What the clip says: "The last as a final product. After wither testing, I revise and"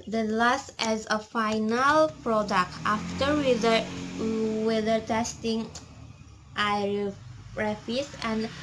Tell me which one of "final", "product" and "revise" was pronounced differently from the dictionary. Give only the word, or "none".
revise